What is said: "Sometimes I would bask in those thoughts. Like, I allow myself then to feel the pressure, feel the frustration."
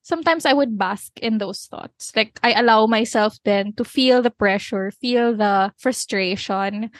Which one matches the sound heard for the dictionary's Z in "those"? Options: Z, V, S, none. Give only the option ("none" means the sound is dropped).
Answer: S